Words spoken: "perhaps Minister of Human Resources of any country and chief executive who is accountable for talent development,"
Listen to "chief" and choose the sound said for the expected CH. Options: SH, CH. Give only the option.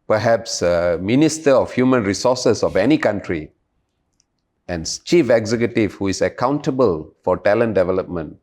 CH